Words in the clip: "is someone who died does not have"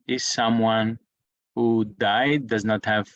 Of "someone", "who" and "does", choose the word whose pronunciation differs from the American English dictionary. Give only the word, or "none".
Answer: none